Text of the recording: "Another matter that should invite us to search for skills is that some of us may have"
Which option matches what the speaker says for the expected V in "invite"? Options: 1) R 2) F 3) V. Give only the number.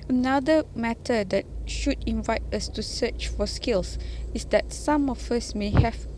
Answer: 3